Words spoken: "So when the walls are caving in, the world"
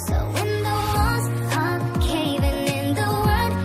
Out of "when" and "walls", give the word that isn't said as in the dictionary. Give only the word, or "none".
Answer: walls